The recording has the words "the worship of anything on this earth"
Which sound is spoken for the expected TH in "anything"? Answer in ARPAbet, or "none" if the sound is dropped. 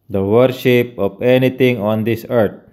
T